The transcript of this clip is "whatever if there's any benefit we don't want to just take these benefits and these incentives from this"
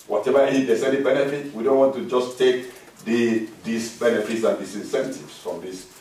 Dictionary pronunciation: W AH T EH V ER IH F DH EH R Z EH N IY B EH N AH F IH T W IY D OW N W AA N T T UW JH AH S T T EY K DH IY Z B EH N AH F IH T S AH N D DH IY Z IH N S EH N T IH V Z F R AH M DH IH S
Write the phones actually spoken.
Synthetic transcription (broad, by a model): W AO T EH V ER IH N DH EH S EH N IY B EH N AH F IH T W IY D OW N W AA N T T UW JH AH S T T EY K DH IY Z B EH N AH F IH T S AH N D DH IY S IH N S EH N T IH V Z F R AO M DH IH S